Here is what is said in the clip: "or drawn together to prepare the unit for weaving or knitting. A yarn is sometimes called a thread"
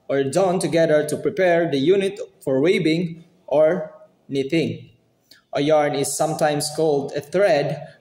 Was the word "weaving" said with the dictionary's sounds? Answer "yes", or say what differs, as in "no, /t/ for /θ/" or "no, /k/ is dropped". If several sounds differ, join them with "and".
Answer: no, /b/ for /v/